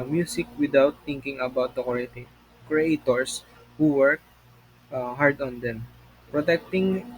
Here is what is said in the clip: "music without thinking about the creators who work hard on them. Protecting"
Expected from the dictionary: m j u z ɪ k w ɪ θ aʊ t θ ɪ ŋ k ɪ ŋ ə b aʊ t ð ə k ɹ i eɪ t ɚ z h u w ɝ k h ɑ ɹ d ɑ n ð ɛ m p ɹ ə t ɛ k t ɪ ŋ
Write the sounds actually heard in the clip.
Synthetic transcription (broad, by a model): m j u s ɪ k w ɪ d aʊ t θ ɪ ŋ k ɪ ŋ ə b aʊ t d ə k ɹ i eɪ t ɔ s h u w ɝ k h ɑ ɹ d ɑ n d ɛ m p ɹ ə t ɛ k t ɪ ŋ